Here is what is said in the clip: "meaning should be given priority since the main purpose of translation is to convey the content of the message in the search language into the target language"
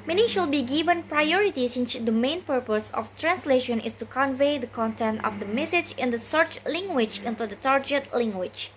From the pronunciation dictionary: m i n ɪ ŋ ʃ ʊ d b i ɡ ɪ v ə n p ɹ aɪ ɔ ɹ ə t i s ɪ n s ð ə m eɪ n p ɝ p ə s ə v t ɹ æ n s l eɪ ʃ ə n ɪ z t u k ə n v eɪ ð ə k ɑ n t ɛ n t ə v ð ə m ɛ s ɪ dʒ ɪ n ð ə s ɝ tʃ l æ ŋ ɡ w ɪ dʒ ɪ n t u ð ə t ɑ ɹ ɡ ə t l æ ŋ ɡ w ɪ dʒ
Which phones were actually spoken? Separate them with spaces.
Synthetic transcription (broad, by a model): m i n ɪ ʃ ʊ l b i ɡ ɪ v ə n p ɹ aɪ ɔ ɹ ə t i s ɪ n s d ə m eɪ n p ɝ p ə s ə f t ɹ æ n s l eɪ ʃ ə n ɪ s t u k ə n v eɪ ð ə k ɑ n t ɛ n t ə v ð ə m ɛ s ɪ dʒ ɪ n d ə s ɝ tʃ l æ ŋ ɡ w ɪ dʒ ɪ n t u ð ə t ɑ ɹ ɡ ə t l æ ŋ ɡ w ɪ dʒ